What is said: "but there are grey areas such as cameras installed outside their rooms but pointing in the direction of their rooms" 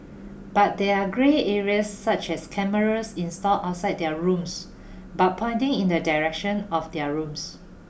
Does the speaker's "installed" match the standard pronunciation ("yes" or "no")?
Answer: no